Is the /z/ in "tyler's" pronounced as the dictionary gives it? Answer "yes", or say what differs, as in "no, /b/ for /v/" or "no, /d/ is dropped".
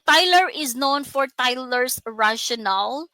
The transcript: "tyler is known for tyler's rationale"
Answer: no, /s/ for /z/